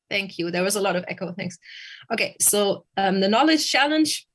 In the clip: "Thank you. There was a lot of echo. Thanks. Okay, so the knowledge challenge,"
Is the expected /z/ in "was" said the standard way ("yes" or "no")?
yes